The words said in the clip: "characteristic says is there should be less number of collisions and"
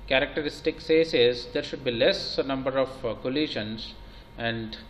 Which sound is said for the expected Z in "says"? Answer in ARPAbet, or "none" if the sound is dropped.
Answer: S